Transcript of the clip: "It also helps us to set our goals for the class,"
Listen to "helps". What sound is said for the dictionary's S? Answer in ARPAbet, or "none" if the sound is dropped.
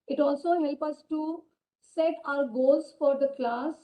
none